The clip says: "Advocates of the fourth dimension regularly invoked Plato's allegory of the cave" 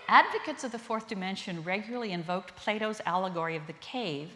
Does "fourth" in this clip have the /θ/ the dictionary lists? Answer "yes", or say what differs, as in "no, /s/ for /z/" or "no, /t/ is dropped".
yes